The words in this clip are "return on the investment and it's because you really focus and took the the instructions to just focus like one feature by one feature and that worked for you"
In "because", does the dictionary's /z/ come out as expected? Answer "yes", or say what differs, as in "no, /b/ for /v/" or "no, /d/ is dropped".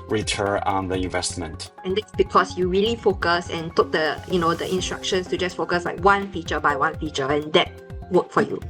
no, /s/ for /z/